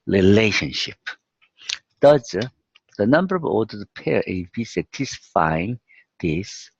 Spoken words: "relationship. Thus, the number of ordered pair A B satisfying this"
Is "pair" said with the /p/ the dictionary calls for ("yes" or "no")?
yes